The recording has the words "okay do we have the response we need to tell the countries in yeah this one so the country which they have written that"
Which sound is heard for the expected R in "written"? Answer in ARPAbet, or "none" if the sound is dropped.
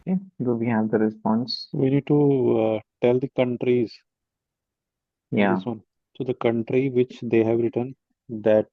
R